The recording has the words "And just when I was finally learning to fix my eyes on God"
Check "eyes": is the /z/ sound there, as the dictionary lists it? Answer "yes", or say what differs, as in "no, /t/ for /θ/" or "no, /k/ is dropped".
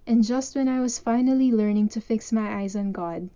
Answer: yes